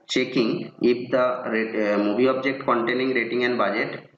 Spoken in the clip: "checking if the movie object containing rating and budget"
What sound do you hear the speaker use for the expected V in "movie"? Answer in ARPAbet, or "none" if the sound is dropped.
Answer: B